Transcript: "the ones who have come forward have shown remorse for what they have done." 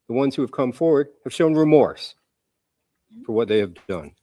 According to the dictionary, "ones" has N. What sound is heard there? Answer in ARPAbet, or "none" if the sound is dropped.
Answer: N